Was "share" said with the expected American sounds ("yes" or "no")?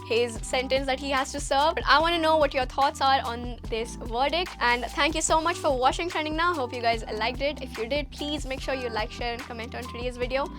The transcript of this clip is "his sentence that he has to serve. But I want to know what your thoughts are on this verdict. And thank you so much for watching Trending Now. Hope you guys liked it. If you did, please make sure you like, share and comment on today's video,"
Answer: yes